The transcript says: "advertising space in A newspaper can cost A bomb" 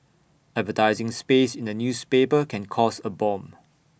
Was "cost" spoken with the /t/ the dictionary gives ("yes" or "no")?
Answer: no